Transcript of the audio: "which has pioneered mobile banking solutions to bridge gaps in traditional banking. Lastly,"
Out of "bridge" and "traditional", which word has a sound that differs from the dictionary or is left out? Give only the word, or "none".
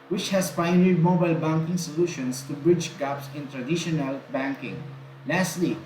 none